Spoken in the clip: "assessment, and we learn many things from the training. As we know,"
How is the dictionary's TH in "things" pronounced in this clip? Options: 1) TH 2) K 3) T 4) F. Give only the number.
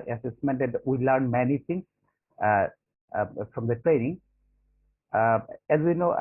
3